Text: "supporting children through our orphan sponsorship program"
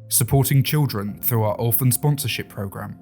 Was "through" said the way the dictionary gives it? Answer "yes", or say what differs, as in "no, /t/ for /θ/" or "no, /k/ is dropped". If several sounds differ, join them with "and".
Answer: yes